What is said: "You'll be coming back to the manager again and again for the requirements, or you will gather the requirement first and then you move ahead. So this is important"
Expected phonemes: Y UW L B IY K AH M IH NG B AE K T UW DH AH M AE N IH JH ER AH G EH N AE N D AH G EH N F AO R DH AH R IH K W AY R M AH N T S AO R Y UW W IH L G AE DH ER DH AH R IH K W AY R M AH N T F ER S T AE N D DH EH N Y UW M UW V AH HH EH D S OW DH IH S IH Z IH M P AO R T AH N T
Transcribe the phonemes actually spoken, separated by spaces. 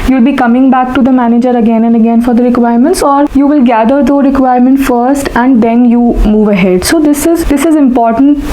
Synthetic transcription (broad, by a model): Y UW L B IY K AH M IH NG B AE K T UW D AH M AE N IH JH ER AH G EH N AE N D AH G EH N F AO R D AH R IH K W AY R M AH N T S AO R Y UW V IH L G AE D ER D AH R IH K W AY R M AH N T F ER S T AE N D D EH N Y UW M UW V AH HH EH D S OW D IH S IH Z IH M P AO R T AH N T